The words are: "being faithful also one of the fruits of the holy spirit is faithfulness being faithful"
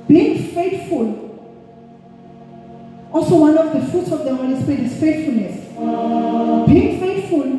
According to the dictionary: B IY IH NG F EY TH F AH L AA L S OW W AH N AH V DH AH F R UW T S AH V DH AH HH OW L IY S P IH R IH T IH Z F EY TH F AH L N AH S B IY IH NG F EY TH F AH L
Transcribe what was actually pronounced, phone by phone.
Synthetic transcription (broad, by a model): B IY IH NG F EY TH F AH L AA L S OW W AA N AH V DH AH F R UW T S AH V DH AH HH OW N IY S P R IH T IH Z F EY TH F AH L N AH S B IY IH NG F EY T F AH L